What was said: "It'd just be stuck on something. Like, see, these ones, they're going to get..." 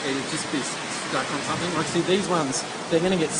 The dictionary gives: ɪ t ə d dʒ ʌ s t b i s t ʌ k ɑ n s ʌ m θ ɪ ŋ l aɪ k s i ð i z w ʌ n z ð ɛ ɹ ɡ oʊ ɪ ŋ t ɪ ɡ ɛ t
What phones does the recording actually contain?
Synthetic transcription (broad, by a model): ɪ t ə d dʒ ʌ s b i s s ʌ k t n s ʌ m θ ɪ ŋ w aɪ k s i ð i z w ʌ n z ð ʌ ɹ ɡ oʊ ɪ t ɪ ɡ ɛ t